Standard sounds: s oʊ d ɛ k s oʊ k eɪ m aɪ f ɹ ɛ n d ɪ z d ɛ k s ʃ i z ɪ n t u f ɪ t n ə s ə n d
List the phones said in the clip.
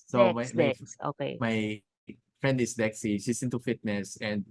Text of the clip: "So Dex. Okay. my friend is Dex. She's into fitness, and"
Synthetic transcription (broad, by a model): s oʊ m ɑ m oʊ k eɪ m aɪ f ɹ ɛ n d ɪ s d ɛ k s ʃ i s ɪ n t u f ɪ t n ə s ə n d